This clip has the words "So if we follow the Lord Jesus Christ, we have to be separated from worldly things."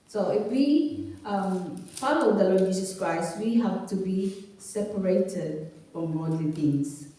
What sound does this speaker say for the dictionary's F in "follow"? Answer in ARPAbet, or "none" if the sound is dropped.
P